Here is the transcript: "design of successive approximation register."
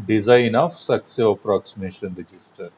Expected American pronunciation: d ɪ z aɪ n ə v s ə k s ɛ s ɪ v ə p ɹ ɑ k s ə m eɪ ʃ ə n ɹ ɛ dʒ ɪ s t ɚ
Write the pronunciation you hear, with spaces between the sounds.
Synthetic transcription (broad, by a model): d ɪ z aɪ n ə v s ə k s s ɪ ə p ɹ ɑ k s ə m eɪ ʃ ə n ɹ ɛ dʒ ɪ s t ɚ